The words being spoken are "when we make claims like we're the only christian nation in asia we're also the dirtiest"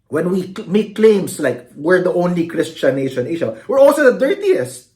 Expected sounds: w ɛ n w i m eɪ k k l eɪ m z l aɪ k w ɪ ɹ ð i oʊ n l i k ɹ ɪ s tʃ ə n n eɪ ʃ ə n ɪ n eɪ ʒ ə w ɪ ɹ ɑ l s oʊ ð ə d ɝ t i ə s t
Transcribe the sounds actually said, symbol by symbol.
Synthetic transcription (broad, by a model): w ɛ n w i m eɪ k k l eɪ m s l aɪ k w ɪ ɹ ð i oʊ n l i k ɹ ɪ s tʃ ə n n eɪ ʃ ə n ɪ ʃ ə w ɪ ɹ ɑ l s oʊ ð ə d ɝ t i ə s t